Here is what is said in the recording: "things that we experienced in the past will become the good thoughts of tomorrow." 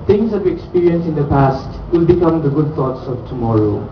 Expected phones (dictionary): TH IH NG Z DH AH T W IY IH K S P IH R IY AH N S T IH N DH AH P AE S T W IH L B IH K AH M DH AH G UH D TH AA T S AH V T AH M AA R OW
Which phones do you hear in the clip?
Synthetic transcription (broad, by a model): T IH NG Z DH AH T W IY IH K S P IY R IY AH N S IH N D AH P AE S T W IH L B IH K AH M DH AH G UH D T AA T S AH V T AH M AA R OW